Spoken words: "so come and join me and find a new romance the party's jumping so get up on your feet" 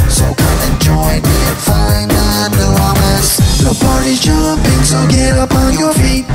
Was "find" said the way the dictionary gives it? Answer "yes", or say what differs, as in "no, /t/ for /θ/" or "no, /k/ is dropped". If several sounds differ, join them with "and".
no, /d/ is dropped